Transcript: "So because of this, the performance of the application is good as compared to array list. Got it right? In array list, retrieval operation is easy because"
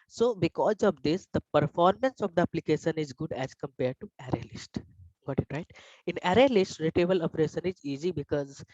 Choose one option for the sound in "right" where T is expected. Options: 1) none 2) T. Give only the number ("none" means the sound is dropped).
2